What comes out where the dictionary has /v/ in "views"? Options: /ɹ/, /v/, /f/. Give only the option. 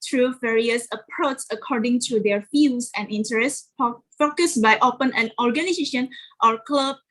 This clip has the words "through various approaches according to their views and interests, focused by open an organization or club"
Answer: /f/